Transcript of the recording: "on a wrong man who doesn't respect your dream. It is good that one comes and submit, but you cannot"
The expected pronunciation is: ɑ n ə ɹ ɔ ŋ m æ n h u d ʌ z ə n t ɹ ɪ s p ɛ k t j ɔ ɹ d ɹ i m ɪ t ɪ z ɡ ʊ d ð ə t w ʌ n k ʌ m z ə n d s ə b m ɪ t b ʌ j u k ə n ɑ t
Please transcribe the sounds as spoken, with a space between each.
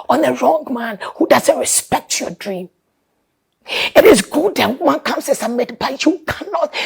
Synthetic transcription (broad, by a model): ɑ n ə ɹ ɔ ŋ m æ n h u d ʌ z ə n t ɹ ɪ s p ɛ k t j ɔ d ɹ i m ɪ t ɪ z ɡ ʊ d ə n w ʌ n k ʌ m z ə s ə m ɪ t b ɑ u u k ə n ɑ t